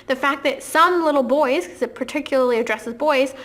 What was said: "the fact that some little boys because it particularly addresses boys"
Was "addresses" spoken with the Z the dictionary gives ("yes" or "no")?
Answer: yes